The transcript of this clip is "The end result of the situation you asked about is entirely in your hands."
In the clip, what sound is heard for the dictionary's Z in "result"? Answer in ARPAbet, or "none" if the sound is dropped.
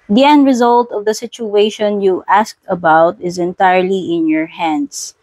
Z